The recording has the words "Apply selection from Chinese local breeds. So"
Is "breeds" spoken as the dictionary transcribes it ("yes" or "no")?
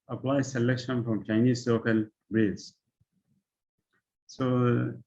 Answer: no